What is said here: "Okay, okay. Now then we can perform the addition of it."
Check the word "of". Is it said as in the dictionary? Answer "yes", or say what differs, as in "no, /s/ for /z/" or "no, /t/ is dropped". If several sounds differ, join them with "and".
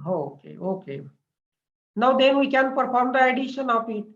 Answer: no, /p/ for /v/